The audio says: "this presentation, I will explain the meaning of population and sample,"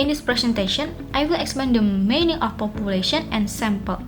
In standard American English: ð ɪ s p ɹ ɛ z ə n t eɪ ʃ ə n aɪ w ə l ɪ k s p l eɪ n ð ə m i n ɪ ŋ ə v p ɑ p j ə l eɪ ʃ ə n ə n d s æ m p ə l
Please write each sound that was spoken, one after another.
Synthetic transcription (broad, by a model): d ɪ s p ɹ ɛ s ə n t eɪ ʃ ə n aɪ w ə l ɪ k s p eɪ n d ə m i n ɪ ŋ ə f p ɑ p j ə l eɪ ʃ ə n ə n s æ m p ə l